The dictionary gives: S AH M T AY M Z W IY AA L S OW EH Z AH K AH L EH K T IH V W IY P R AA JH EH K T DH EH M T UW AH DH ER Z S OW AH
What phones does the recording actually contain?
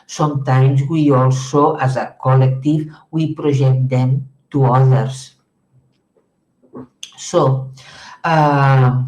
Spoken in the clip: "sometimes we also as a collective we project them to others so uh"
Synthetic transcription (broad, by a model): S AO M T AY M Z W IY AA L S OW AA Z AH K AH L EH K T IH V W IY P R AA ZH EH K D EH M T UW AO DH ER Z S OW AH